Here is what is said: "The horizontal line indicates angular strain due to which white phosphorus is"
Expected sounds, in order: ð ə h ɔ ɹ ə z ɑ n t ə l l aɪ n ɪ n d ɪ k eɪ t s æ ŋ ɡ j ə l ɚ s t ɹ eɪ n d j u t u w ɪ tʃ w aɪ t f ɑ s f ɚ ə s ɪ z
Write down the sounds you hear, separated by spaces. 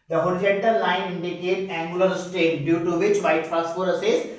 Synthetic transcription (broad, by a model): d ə h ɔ ɹ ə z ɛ n t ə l l aɪ n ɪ n d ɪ k eɪ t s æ ŋ ɡ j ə l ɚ s t eɪ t d j u t u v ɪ tʃ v aɪ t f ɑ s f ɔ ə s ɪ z